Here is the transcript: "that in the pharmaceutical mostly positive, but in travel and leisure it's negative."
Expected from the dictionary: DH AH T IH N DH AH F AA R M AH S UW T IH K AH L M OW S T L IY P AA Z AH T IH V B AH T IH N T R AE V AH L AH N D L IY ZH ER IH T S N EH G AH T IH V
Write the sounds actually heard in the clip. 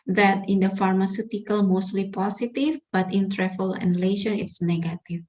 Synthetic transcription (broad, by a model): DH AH T IH N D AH F AA R M AH S UW T IH K AH L M OW S T L IY P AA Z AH T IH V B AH T IH N T R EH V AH L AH N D L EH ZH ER IH T S N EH G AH T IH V